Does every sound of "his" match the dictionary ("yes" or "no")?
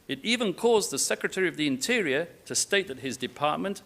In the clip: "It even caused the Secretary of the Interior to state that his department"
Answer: yes